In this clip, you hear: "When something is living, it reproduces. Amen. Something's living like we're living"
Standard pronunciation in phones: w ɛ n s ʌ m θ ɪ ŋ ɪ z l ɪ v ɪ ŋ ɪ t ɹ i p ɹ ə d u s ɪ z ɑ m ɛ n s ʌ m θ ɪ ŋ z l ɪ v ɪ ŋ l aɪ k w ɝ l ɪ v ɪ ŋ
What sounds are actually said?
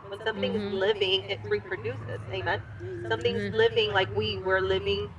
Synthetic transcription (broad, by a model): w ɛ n s ʌ m θ ɪ ŋ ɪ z l ɪ v ɪ ŋ ɪ t ɹ i p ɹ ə d u s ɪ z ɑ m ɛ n s ʌ m θ ɪ ŋ z l ɪ v ɪ ŋ l aɪ k w ɝ l ɪ v ɪ ŋ